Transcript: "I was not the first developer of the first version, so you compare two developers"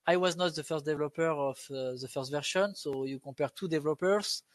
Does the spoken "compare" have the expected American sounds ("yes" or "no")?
no